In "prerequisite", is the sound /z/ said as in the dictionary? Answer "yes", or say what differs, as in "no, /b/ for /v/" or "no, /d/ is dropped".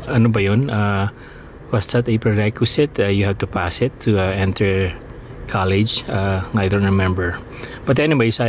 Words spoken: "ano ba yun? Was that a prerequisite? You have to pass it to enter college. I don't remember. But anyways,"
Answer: no, /s/ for /z/